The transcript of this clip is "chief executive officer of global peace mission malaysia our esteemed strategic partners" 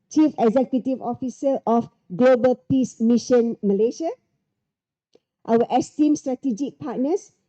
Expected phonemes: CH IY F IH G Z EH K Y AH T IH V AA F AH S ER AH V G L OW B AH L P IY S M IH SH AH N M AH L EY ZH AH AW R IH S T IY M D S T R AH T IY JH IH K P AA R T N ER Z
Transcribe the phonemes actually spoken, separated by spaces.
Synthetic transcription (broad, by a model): CH IY F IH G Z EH K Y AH T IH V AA F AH S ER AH F G L OW B AH L P IY S M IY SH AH N M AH L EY SH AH AW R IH S T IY M S T R AH T IY JH IH K P AA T N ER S